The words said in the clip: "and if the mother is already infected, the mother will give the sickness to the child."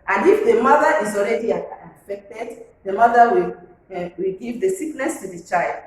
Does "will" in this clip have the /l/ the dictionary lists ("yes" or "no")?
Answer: no